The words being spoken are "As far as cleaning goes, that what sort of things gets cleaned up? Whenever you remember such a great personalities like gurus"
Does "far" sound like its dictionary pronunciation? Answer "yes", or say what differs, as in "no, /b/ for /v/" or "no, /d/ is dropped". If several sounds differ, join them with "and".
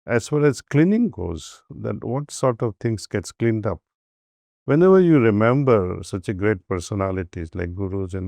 no, /l/ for /ɹ/